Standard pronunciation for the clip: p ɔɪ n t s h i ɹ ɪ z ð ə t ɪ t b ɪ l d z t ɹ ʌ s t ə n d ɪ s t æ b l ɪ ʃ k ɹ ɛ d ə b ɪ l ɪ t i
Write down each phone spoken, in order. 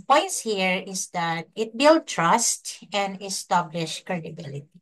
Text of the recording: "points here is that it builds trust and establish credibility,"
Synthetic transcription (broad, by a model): p ɔɪ n t s h i ɹ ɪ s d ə t ɪ t b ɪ l d t ɹ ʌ s t ə n d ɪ s t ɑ b l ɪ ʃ k ɹ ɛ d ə b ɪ l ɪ t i